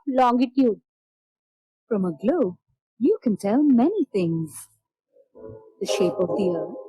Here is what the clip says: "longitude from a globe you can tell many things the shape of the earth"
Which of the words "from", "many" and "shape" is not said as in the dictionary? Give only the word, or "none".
none